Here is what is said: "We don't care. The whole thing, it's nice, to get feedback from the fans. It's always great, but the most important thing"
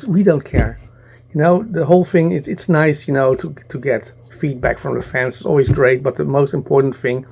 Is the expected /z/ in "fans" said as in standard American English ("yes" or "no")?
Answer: no